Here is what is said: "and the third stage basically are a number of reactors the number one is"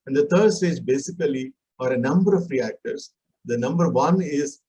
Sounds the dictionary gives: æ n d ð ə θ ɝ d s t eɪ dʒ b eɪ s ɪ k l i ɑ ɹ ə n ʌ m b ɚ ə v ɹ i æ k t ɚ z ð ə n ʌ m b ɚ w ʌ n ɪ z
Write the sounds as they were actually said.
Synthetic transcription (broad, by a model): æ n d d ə t ɝ d s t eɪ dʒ b eɪ s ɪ k l i ɑ ɹ ə n ʌ m b ɚ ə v ɹ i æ k t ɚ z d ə n ʌ m b ɚ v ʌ n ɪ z